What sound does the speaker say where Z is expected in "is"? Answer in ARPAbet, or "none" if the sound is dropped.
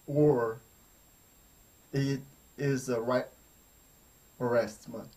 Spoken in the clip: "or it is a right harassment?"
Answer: Z